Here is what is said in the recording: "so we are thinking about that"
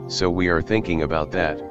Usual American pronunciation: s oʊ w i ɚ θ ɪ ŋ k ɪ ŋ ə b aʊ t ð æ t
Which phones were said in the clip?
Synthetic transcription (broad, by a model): s oʊ w i ɚ θ ɪ ŋ k ɪ ŋ ə b aʊ t ð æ t